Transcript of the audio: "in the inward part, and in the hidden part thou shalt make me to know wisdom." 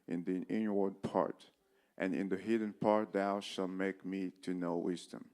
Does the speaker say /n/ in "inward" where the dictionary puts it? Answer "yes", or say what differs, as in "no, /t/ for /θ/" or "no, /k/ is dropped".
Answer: yes